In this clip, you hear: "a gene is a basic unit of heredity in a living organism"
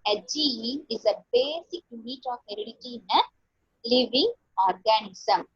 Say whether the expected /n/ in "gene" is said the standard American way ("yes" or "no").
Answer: no